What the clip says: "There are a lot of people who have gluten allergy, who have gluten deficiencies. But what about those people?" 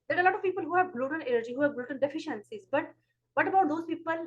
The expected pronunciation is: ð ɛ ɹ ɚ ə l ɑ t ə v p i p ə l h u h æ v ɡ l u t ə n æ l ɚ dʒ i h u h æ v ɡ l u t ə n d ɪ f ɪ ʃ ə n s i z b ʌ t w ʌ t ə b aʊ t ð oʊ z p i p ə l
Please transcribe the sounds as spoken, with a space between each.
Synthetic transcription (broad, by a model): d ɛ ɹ ə l ɑ t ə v p i p ə l h u h æ v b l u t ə n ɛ n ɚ dʒ i h u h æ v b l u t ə n d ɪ f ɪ ʃ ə n s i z b ʌ t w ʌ t ə b aʊ t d oʊ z p i p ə l